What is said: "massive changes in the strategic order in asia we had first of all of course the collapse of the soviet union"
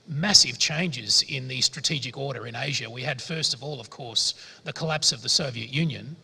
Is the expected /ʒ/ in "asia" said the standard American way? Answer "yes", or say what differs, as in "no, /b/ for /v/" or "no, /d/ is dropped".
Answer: yes